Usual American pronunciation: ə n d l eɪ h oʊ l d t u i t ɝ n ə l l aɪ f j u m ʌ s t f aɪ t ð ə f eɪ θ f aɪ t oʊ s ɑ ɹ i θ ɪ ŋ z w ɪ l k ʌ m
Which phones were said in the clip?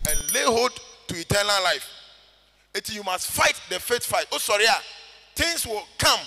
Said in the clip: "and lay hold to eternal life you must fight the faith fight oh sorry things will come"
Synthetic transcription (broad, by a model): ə n l eɪ h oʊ d t u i t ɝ n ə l l aɪ f j u m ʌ s t f aɪ t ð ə f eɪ t f aɪ t oʊ s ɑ ɹ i t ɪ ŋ s w ɪ l k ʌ m